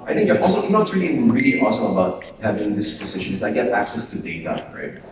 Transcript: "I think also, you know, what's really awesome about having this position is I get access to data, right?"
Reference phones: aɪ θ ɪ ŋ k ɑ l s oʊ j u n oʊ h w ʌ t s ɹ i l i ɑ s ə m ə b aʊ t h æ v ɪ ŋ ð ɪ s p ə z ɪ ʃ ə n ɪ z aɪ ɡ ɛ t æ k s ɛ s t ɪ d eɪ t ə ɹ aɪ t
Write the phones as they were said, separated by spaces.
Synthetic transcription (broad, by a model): aɪ θ ɪ ŋ k ɑ l s oʊ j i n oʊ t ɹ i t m ɹ i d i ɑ s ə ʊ ə b aʊ t h æ v ɪ ŋ ð ɪ s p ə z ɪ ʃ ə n ɪ z aɪ ɡ ɛ t æ k s ɛ s t ɪ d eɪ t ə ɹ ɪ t